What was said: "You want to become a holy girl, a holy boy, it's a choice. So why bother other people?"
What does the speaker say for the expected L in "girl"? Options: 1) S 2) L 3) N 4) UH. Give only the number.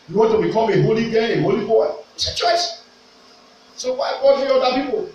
3